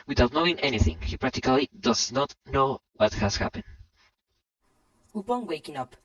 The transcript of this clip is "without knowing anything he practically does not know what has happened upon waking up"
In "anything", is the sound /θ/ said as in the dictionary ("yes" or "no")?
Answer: yes